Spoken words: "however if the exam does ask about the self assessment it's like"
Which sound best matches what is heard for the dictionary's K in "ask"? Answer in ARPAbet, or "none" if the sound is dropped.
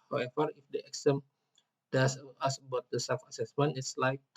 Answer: none